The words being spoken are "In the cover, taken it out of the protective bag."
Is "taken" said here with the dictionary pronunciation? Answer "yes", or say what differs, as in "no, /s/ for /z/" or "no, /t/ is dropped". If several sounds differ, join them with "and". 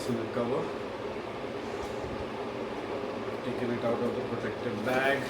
no, /l/ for /n/